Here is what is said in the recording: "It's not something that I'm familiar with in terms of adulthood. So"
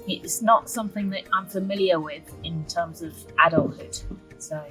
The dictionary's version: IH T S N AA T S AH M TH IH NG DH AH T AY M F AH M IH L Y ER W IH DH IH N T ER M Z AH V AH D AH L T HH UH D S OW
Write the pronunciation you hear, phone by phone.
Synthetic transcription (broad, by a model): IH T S N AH T S AH M TH IH NG DH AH T AY M F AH M IH L Y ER W IH DH IH N T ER M Z AH V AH D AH L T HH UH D S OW